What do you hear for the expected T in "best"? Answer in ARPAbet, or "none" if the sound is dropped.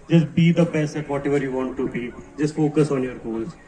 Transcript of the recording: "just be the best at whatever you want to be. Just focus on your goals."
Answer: none